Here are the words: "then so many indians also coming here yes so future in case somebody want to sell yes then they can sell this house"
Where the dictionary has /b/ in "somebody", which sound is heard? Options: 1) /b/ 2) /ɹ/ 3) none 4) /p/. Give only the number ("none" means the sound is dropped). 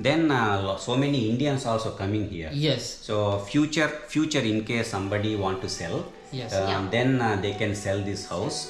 1